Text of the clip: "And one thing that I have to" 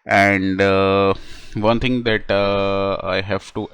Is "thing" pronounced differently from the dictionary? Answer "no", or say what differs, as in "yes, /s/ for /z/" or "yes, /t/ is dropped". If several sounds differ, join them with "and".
yes, /t/ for /θ/